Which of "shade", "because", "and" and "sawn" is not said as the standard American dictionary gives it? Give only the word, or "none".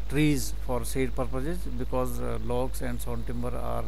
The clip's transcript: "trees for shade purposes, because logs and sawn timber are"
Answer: shade